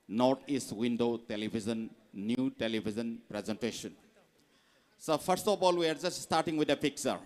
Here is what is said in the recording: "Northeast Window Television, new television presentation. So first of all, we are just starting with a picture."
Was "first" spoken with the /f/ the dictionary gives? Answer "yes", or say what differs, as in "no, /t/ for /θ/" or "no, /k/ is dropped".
no, /p/ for /f/